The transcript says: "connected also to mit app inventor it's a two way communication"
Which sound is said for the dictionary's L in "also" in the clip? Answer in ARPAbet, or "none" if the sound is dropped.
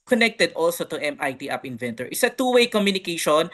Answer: L